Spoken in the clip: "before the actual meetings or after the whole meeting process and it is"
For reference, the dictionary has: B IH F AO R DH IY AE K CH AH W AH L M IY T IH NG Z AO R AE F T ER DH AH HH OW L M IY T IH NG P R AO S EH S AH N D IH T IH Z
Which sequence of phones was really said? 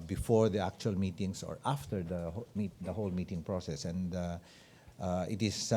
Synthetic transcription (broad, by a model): B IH F AO R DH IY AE K CH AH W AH L M IY T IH NG S AO R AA F T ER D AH HH OW L M IY T IH NG P R AO S EH S AH N D IH T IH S